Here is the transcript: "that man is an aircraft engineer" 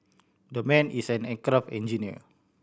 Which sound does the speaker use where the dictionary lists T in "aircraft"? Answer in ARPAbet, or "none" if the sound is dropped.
none